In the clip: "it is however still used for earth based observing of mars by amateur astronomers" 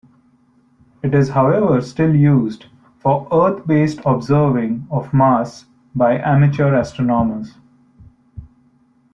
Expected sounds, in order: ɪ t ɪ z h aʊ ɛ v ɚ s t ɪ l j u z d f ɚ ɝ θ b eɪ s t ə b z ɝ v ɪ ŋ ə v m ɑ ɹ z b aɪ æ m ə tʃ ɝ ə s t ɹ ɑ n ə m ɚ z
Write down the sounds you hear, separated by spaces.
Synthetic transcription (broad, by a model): ɪ t ɪ z h aʊ ɛ v ɚ s t ɪ l j u z d f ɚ ɝ t b eɪ s t ə b z ɝ v ɪ ŋ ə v m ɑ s b aɪ æ m ə tʃ ɝ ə s t ɹ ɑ n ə m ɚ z